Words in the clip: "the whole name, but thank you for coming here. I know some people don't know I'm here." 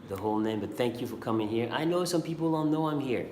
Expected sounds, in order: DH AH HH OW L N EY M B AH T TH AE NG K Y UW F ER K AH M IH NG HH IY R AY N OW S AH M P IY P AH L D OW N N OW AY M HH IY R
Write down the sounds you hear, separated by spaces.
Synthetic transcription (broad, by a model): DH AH HH OW L N EY M B AH T TH AE NG K Y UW F ER K AH M IH NG HH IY R AY N OW S AH M P IY P L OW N N OW AY M HH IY R